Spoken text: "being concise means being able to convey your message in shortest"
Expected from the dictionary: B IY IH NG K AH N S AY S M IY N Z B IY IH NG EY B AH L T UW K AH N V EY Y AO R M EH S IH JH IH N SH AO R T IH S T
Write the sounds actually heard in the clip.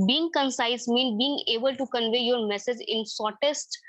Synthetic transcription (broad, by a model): B IY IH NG K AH N S AY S M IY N B IY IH NG EY B AH L T UW K AH N V EY Y AO R M EH S IH JH IH N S AO R T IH S T